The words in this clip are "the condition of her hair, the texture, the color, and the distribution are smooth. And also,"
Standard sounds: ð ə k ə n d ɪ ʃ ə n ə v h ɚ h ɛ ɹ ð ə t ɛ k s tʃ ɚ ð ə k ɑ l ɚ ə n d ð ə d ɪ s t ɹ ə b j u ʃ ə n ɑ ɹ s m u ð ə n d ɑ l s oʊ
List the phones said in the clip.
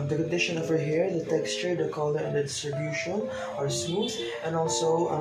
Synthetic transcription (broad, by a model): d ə k ə n d ɪ ʃ ə n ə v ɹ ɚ h ɛ ɹ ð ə t ɛ k s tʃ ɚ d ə k ɑ l ɚ ə n d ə d ɪ s t ɹ ə b j u ʃ ə n ɑ ɹ s u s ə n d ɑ l s oʊ